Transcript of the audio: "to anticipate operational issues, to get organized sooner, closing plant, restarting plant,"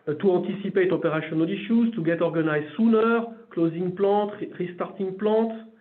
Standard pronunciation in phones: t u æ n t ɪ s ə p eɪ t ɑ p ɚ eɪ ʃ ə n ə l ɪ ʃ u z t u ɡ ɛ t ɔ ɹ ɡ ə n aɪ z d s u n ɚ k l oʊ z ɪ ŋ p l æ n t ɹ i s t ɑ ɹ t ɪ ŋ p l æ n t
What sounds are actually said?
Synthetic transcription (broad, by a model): t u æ t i s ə p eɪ t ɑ p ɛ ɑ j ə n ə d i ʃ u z t u ɡ ɛ t ɔ ɹ ɡ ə n aɪ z s u n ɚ k l oʊ z ɪ ŋ p l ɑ t ɹ i s t ɑ ɹ t ɪ ŋ p l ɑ t